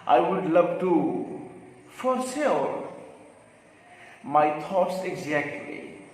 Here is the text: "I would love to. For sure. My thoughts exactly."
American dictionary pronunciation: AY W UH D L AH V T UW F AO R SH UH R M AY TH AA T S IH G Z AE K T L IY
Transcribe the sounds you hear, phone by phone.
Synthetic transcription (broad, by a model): AY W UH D L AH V T UW F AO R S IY L M AY T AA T S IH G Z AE K T L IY